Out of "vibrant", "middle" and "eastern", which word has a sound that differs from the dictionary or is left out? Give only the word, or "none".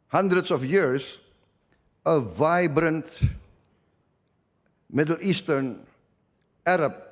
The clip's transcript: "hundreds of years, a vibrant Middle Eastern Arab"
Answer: none